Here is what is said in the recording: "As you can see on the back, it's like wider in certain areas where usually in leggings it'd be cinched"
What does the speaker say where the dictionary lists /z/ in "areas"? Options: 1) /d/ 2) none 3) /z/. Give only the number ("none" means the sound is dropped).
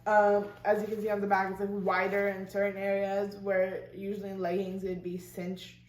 3